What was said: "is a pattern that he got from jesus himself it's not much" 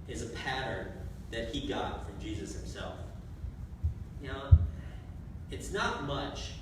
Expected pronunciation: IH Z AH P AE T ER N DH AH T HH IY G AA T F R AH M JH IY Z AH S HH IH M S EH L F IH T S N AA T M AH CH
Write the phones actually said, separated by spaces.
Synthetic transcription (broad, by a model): IH Z AH P AE T ER N DH AH T HH IY G AA T F R AH M JH IY Z AH S HH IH M S EH L F IH T S N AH T M AH CH